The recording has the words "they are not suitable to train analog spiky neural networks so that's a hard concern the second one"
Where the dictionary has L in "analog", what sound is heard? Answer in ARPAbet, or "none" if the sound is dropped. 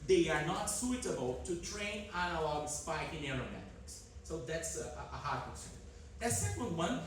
L